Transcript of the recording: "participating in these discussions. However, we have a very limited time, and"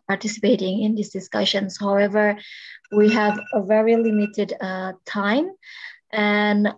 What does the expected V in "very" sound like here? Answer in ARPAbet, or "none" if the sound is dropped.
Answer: V